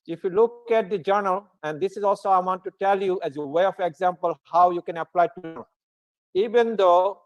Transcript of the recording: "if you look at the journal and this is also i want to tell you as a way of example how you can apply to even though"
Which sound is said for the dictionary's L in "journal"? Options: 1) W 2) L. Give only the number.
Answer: 2